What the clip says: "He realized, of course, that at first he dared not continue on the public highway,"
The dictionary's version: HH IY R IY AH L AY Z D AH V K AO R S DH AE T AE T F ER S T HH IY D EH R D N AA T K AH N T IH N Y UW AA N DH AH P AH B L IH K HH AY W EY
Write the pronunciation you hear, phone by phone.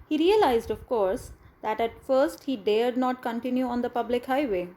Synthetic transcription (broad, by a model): HH IY R IY AH L AY Z D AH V K AO R S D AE T AE T F ER S T HH IY D EH R D N AA T K AH N T IH N Y UW AA N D AH P AH B L IH K HH AY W EY